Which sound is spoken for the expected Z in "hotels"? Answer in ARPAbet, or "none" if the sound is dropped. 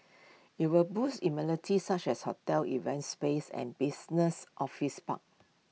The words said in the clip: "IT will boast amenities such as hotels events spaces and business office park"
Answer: none